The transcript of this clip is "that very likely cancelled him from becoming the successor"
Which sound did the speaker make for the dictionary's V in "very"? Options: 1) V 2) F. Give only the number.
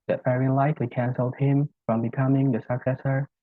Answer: 2